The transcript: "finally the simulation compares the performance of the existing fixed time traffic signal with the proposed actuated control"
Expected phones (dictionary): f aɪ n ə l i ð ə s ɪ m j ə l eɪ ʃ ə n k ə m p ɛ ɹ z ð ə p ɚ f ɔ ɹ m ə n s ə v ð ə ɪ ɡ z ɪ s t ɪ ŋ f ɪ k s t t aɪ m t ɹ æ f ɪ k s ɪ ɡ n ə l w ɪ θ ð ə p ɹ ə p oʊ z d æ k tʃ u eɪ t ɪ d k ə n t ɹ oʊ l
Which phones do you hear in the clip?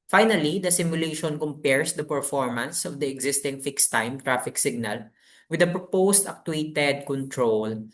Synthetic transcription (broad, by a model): f aɪ n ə l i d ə s ɪ m j ə l eɪ ʃ ə n k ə m p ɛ ɹ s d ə p ɚ f ɔ ɹ m ə n s ə v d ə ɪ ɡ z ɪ s t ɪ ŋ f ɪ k s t t aɪ m t ɹ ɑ f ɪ k s ɪ ɡ n ə l w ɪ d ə p ɹ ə p oʊ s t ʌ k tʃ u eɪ t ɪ d k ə n t ɹ oʊ l